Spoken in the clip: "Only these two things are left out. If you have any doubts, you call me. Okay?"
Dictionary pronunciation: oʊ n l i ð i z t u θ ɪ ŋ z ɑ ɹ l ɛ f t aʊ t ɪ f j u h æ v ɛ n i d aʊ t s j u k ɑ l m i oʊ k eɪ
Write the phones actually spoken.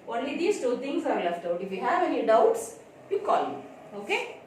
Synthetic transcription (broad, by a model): oʊ n l i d i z t u t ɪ ŋ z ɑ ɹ l ɛ f t aʊ t ɪ f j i h æ v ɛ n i d aʊ t s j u k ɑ l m oʊ k eɪ